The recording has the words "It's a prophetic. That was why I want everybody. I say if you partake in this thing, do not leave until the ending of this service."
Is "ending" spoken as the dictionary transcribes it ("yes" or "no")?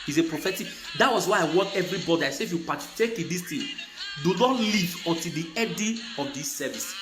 no